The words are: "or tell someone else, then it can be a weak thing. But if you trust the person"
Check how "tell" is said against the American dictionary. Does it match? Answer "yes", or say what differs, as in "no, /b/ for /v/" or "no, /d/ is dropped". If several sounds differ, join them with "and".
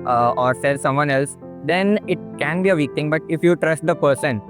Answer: no, /s/ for /t/